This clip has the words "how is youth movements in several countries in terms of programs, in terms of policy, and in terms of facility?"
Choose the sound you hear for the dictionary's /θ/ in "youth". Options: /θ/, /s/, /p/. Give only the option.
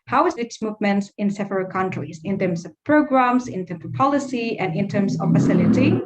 /s/